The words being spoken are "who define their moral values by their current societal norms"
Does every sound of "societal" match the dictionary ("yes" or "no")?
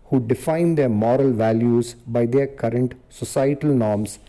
yes